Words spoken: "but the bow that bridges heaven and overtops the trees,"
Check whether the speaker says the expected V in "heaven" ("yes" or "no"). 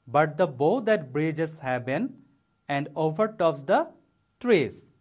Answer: no